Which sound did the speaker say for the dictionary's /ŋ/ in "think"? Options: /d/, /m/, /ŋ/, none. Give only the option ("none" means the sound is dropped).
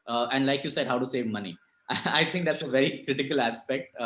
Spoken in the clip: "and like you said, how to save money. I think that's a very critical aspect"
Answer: none